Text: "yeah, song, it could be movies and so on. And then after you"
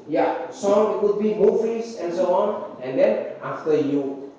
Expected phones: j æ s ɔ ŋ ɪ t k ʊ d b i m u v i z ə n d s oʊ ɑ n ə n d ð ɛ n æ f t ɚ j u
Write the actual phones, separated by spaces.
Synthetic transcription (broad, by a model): j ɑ s ɔ ŋ ɪ t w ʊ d b i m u f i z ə n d s oʊ ɑ n ə n d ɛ n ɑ f t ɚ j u